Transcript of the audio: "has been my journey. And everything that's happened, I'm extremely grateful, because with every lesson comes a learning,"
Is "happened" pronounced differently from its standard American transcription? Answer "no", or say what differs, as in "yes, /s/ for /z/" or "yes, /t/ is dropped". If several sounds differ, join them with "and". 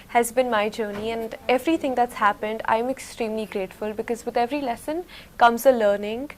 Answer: no